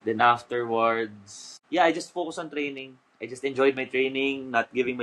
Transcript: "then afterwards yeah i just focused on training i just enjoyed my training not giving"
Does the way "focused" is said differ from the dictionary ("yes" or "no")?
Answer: yes